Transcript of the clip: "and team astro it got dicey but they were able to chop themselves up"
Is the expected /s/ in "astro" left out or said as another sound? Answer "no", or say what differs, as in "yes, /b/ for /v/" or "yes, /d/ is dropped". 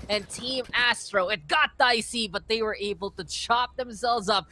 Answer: no